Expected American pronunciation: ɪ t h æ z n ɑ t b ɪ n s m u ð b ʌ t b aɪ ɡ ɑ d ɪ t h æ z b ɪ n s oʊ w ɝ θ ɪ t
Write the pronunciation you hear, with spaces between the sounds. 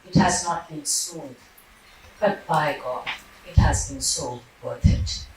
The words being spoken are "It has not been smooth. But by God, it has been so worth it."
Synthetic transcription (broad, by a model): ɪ t h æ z n ɑ t b ɪ n s u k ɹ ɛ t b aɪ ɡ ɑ ɪ t h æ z b ɪ n s oʊ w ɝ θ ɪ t